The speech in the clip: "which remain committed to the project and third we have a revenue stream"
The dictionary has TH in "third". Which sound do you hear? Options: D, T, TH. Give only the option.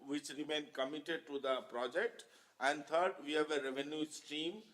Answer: T